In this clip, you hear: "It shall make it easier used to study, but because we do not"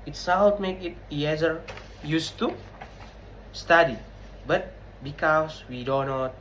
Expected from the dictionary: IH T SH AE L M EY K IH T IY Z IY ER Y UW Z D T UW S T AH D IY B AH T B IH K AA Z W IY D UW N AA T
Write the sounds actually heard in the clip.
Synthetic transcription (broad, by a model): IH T S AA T M EY K IH T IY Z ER Y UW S T UW S T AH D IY B AH T B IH K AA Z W IY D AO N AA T